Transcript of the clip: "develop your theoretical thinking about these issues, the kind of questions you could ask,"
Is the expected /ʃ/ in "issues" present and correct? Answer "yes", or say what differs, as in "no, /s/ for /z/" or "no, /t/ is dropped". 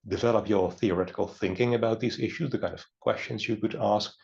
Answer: yes